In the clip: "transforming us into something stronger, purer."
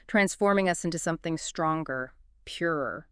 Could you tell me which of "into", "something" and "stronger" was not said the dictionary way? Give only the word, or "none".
none